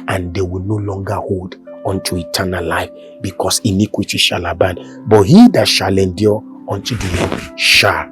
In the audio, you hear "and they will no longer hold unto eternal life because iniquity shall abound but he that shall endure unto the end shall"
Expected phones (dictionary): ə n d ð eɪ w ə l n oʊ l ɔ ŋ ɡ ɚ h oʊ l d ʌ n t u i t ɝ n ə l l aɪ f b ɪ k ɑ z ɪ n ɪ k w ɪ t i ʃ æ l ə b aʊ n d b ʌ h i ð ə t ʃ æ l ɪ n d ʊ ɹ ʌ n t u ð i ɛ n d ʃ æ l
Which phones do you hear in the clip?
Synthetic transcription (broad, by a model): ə n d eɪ w ə l n oʊ l ɔ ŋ ɡ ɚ h oʊ l d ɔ n t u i t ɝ n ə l l aɪ f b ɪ k ɑ s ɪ n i k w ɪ t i ʃ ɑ l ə b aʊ n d b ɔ h i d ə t ʃ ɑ l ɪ n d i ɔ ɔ n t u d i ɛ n ʃ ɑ